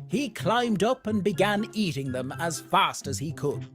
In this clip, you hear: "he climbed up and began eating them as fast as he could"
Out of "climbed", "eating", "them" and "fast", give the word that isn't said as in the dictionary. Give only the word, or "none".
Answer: none